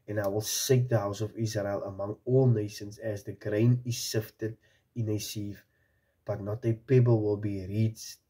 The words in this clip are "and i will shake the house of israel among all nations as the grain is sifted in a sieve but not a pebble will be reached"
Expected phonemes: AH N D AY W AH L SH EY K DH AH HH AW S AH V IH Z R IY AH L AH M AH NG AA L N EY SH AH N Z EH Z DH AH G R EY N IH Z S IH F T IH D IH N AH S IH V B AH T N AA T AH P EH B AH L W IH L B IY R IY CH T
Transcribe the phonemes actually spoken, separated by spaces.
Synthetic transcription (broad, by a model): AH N AY W AH L S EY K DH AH HH AW S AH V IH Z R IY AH L AH M AH NG AA L N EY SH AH N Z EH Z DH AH G R EY N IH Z S IH F T IH D IH N AH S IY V B AH T N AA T AH P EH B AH L W IH L B IY R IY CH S